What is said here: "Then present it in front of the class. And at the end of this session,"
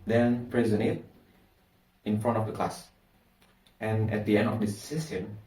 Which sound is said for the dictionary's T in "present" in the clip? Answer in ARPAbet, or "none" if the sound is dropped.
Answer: none